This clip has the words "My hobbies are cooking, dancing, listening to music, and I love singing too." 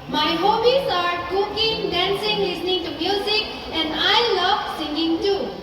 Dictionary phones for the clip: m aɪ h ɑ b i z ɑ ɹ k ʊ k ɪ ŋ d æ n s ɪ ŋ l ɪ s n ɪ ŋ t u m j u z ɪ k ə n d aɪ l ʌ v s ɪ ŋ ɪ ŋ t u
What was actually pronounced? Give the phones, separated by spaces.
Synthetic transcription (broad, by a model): m aɪ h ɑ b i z ɑ ɹ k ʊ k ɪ ŋ d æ n s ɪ ŋ l ɪ s n ɪ ŋ t u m j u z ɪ k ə n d aɪ l ʌ v s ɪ ŋ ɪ ŋ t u